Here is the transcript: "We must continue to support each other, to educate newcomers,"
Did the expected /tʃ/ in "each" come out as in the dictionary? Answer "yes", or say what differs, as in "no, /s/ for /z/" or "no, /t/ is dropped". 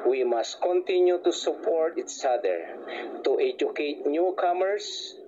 no, /s/ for /tʃ/